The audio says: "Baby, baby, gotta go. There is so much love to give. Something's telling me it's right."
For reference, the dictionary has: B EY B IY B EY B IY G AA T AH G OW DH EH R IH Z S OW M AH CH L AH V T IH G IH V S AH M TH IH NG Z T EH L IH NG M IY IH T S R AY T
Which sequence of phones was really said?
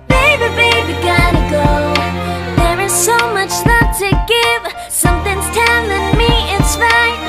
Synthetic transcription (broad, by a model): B EY B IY B EY B IY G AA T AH G OW DH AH R IH Z S OW M AH CH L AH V T IH G IH V S AH M TH IH NG Z T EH N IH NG M IY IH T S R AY